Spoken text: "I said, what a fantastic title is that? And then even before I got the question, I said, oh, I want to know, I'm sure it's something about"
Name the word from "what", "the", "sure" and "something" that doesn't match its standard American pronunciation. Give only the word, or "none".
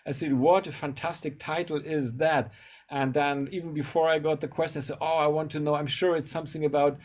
none